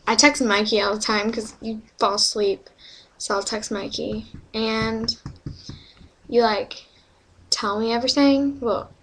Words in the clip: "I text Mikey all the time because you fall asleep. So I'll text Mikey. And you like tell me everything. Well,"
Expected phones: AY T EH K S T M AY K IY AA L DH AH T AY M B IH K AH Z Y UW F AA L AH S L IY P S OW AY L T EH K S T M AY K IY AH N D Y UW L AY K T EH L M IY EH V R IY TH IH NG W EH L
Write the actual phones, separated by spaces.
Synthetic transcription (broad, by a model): AY T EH K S M AY K IY AA L DH AH T AY M K AH Z Y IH F AA L S L IY P S OW AY L T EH K S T M AY K IY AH N Y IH L AY K T EH L M IY EH V R IY TH IH NG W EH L